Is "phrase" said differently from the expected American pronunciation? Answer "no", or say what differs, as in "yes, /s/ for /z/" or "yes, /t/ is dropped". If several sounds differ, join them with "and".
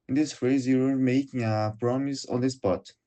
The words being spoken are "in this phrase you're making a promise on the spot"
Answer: yes, /ɹ/ is dropped